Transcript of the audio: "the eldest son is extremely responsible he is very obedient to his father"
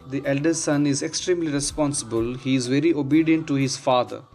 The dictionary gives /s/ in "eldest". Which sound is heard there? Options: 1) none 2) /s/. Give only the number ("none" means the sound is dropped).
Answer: 1